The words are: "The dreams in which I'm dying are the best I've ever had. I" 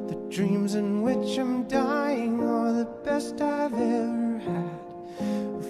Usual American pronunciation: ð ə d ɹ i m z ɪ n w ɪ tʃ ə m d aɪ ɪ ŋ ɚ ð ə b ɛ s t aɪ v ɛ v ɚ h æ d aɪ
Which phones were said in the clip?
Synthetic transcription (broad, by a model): ð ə d ɹ i m z ɪ n w ɪ tʃ ə m d aɪ ɪ ŋ ɚ ð ə b ɛ s t aɪ v ɛ v ɚ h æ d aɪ